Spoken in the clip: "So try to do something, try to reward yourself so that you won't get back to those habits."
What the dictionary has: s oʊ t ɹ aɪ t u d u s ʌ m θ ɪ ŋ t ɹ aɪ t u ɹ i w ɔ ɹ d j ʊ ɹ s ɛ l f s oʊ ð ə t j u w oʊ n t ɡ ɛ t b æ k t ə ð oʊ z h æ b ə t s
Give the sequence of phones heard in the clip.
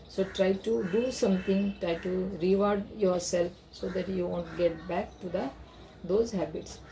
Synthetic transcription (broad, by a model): s oʊ t ɹ aɪ t u d u s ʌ m t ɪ ŋ t ɹ aɪ t u ɹ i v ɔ ɹ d j ʊ ɹ s ɛ l f s oʊ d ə t j u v oʊ n t ɡ ɛ t b æ k t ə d oʊ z h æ b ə t s